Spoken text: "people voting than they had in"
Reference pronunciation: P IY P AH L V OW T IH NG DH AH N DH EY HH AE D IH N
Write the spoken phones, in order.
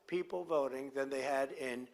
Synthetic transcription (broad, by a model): P IY P L V OW T IH NG DH AH N DH EY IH D IH N